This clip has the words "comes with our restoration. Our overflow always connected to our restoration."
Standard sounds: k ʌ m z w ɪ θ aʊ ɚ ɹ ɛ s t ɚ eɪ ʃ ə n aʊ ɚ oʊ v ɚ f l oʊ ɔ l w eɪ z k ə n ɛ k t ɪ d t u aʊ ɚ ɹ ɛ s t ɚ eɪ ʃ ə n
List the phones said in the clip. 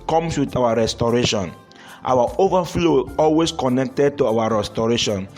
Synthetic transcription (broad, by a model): k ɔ m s w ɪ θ aʊ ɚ ɹ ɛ s t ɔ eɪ ʃ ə n aʊ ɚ oʊ v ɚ f l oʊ ɔ l w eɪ s k ə n ɛ k t ɪ d t u aʊ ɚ ɹ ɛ s t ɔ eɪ ʃ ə n